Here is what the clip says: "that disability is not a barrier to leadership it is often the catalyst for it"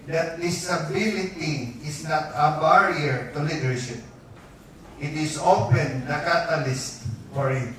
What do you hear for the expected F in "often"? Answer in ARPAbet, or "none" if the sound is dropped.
P